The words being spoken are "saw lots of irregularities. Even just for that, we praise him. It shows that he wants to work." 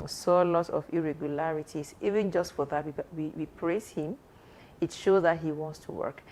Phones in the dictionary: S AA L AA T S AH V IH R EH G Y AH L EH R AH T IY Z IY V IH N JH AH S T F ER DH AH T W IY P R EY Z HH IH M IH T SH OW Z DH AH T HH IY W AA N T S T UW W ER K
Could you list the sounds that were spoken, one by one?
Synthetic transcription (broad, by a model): S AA L AA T AH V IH R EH G Y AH L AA R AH T IY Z IY V IH N JH AH S T F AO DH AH T W IY P R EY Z HH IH M IH T SH OW Z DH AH T HH IY W AA N T S T UW W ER K